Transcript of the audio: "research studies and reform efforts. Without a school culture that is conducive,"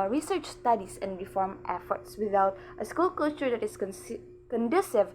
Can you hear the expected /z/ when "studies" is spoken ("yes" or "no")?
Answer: no